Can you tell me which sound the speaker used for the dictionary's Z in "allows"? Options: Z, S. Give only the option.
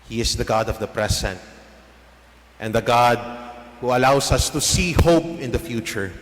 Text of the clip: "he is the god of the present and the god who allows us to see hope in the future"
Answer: S